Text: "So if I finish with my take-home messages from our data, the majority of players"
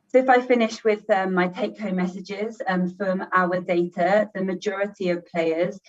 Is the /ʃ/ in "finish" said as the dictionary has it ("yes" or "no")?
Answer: yes